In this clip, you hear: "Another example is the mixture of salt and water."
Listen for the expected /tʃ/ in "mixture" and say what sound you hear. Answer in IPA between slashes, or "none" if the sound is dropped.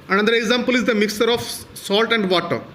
none